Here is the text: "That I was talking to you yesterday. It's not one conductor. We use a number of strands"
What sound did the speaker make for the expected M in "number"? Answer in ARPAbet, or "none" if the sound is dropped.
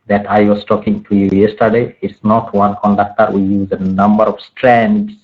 M